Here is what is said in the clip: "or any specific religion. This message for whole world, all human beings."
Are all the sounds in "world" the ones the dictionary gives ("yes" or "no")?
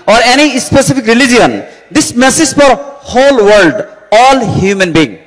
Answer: yes